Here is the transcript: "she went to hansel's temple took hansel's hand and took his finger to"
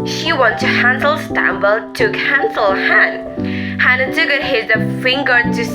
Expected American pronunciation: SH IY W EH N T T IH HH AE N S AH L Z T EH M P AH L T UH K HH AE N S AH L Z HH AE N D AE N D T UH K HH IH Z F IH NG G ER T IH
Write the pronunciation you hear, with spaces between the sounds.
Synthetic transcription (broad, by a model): SH IY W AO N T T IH HH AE N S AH L S T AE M B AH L T UH K HH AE N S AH L HH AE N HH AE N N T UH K HH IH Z F IH NG G ER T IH